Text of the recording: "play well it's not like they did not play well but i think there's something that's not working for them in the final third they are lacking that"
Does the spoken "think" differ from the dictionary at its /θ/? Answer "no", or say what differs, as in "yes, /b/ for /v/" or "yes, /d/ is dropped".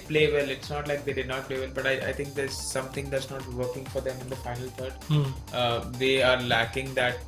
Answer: yes, /t/ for /θ/